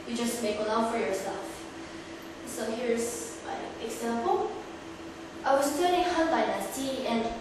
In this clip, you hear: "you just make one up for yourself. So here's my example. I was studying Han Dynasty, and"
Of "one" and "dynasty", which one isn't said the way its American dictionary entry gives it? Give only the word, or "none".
one